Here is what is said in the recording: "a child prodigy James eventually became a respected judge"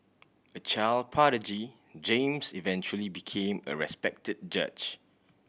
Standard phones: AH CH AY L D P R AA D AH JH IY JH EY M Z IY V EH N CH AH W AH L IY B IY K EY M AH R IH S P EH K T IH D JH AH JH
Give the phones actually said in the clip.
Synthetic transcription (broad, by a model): AH CH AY L P AA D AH JH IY JH EY M S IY V EH N CH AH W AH L IY B IY K EY M AH R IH S P EH K T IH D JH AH CH